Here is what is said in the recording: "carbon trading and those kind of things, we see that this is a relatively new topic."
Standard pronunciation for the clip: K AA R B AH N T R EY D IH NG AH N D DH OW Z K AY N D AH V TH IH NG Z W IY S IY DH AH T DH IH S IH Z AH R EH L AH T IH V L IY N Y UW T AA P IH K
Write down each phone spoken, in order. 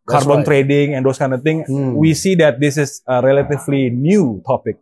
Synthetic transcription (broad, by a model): K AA R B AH N T R EY D IH NG AH N D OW S K AY N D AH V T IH NG W IY S IY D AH T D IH S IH S AH R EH L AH T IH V L IY N Y UW T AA P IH K